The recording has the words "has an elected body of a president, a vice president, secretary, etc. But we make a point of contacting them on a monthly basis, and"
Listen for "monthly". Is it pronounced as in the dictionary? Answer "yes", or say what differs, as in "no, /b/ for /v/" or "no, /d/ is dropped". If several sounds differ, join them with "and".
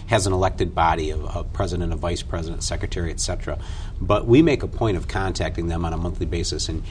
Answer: yes